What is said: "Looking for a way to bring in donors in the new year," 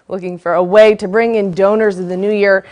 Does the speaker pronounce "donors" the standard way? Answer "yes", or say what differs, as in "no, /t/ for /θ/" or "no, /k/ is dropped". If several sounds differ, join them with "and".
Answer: yes